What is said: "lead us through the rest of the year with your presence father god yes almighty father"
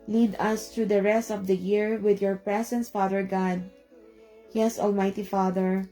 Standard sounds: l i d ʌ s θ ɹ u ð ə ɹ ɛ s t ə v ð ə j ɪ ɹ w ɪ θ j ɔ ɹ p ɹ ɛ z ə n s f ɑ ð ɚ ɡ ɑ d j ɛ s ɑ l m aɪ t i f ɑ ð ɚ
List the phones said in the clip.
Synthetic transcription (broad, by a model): l i d ʌ s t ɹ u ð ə ɹ ɛ s t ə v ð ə j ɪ ɹ w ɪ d j ɔ ɹ p ɹ ɛ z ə n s f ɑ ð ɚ ɡ ɑ d j ɛ s ɑ l m aɪ t i f ɑ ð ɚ